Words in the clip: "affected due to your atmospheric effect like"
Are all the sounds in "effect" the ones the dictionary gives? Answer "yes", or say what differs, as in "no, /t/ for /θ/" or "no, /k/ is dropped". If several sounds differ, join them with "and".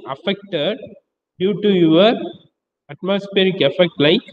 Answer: yes